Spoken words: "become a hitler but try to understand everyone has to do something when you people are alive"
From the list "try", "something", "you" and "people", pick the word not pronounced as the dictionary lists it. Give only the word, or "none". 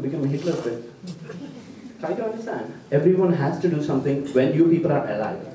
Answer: something